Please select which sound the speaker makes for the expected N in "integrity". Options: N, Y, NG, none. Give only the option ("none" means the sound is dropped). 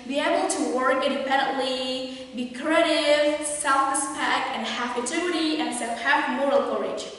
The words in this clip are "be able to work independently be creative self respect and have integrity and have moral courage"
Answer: none